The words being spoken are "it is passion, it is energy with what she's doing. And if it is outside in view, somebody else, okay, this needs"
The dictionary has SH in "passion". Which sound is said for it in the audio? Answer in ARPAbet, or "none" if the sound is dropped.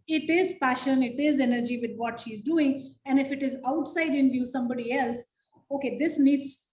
SH